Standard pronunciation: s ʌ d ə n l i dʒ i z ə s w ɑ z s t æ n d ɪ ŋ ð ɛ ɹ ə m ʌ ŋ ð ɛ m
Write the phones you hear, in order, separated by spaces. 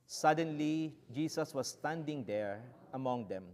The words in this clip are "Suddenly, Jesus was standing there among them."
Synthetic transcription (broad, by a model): s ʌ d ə n l i dʒ i s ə s w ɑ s s t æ n d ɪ ŋ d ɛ ɹ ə m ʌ ŋ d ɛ m